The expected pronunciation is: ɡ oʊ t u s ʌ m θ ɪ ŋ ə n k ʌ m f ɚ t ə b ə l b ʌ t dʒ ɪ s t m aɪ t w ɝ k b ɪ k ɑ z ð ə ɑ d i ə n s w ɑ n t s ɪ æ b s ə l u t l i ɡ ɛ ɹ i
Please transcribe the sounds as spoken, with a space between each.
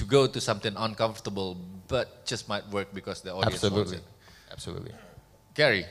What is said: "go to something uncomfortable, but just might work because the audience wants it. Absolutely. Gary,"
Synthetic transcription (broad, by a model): ɡ oʊ t u s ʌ m t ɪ ŋ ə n k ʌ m f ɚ t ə b ə l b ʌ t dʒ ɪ s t m aɪ t w ɝ k b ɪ k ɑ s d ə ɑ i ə s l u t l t ɪ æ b s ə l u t l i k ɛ ɹ i